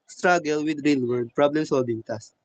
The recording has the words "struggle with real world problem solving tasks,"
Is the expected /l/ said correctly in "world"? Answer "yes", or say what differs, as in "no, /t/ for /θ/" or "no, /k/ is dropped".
no, /l/ is dropped